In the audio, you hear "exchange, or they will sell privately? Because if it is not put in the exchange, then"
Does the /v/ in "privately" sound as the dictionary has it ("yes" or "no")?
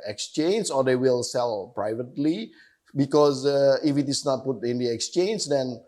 yes